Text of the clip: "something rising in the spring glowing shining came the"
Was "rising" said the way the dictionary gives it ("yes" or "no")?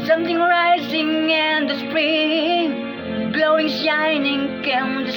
yes